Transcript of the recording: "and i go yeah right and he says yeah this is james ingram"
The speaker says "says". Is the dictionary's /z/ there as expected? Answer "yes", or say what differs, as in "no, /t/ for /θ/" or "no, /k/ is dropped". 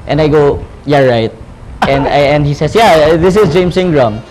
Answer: no, /s/ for /z/